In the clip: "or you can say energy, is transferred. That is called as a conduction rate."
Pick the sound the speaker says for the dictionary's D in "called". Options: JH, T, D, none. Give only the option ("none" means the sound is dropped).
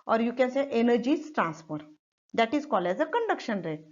none